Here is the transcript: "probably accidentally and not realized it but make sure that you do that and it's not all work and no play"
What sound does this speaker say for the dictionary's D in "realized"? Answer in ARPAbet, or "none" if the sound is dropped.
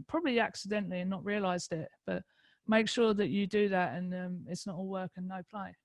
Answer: D